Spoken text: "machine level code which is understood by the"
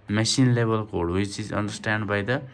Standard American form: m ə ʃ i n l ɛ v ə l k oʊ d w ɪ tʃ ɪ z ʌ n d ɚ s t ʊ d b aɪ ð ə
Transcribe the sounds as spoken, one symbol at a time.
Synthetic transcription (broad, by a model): m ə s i n l ɛ b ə l k oʊ d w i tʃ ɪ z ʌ n d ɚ s t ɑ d b aɪ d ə